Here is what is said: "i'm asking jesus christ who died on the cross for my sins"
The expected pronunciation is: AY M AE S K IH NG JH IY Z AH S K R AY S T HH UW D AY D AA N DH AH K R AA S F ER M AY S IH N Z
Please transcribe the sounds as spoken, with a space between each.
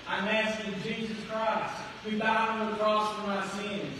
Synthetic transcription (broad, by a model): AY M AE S IH JH IY Z AH S K R AY S T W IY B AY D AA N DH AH K R AA S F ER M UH S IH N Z